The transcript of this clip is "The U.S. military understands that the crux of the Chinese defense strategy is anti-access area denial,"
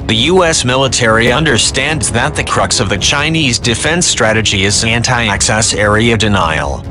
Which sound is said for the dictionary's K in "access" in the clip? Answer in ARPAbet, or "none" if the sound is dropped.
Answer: K